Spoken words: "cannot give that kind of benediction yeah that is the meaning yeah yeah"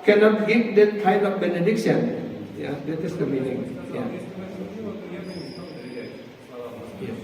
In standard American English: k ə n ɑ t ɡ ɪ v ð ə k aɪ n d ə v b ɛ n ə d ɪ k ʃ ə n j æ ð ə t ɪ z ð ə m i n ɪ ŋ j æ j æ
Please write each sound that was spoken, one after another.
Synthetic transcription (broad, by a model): k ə n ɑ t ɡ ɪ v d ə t aɪ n ə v b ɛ n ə d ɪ k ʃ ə n j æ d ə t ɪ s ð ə m i n ɪ ŋ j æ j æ